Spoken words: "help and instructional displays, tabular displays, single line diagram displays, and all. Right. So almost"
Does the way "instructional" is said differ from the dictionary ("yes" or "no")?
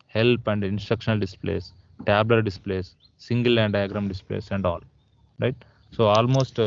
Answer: no